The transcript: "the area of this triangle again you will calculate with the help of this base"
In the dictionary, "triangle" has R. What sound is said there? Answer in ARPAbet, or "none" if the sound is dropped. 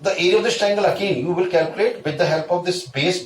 none